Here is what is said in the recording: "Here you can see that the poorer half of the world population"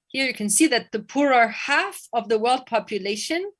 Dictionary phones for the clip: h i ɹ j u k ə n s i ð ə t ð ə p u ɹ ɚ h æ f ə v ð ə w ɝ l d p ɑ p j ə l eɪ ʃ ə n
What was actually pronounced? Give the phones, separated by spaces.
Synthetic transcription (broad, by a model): h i ɹ j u k ə n s i ð ə t ð ə p u ɹ ɚ h æ f ə v ð ə w ɝ l d p ɑ p j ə l eɪ ʃ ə n